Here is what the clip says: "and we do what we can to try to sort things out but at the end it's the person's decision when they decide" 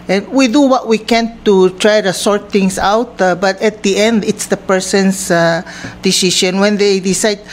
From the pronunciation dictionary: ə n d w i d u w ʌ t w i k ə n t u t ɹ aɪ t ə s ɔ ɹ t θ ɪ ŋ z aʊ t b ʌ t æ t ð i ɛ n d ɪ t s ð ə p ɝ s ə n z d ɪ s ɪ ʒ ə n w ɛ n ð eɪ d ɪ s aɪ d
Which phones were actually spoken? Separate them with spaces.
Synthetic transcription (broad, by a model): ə n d w i d u w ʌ t w i k ə n t u t ɹ aɪ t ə s ɔ ɹ t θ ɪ ŋ s aʊ t b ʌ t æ t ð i ɛ n d ɪ t s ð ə p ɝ s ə n s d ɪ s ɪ ʃ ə n w ɛ n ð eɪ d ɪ s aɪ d